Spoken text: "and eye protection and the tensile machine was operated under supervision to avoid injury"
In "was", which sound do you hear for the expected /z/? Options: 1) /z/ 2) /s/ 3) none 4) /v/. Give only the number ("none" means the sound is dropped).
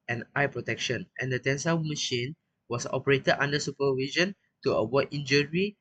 2